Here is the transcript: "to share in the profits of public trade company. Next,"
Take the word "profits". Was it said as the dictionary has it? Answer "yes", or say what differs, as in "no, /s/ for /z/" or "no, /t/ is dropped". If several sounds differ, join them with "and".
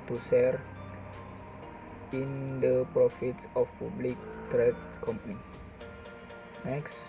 yes